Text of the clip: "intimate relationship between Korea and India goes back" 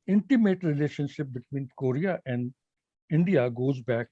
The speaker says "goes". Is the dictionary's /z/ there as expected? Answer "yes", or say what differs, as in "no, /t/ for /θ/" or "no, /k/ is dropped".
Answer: yes